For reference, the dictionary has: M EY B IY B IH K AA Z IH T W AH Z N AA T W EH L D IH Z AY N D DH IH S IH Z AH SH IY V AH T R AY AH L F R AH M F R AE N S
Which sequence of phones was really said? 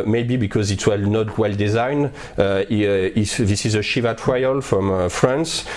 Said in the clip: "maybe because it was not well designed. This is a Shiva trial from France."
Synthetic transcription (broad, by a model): M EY B IY B IH K AA Z IH T W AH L N AA T W EH L D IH Z AY N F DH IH S IH Z AH SH IY V AH T R AY AH L F R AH M F R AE N S